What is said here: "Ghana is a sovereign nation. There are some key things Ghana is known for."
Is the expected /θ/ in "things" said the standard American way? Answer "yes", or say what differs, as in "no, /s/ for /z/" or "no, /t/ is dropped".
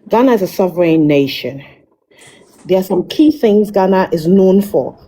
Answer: yes